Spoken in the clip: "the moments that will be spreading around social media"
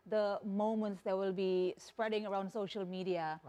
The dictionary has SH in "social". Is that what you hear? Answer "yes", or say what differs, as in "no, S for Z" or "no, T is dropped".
yes